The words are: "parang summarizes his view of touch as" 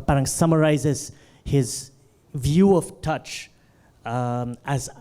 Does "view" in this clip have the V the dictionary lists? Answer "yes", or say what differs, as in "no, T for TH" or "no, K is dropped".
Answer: yes